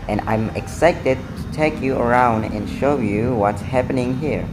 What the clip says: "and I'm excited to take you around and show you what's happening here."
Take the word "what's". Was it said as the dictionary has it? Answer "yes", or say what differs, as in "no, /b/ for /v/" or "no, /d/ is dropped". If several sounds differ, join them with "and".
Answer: yes